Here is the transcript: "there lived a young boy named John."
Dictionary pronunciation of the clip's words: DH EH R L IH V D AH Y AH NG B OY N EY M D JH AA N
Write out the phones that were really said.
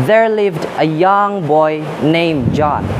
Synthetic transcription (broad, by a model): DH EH R L IH V D AH Y AH NG B OY N EY M JH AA N